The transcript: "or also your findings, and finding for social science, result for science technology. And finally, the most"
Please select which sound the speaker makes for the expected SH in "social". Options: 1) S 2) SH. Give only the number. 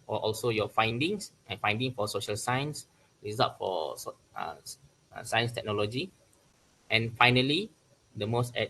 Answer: 2